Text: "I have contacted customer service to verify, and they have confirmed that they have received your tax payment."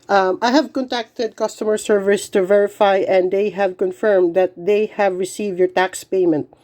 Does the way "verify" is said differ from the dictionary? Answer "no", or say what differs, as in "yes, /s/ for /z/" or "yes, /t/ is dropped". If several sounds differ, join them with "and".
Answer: no